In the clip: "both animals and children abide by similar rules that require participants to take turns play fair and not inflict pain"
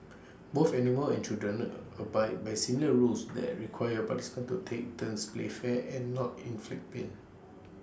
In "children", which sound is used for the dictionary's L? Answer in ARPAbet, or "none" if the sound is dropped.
none